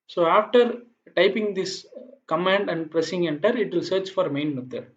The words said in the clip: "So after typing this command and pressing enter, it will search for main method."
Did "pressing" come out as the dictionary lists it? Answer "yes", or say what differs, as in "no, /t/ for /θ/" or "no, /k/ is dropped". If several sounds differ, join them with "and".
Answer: yes